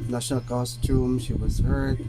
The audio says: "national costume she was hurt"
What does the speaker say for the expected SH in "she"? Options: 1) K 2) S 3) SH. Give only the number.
3